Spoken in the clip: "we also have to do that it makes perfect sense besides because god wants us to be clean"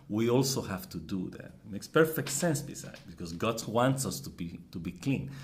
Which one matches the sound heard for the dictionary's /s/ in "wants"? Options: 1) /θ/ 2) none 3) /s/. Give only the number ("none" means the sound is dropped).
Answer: 3